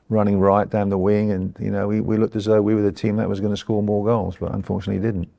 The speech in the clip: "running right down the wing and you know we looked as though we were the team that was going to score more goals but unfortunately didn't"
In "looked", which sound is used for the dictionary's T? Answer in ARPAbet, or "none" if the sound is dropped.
T